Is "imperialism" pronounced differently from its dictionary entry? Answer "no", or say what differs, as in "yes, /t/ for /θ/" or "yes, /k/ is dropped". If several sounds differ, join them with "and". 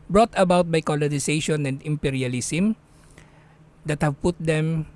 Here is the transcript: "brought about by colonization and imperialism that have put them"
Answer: yes, /s/ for /z/